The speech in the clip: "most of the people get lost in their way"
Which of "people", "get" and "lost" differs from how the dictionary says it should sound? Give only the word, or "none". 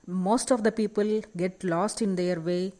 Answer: none